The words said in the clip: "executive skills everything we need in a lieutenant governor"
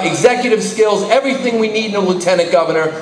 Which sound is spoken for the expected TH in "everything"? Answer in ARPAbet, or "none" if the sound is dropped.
TH